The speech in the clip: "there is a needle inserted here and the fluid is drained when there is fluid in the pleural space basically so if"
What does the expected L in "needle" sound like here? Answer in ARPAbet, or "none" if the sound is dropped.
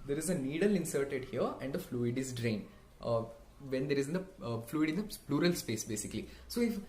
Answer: L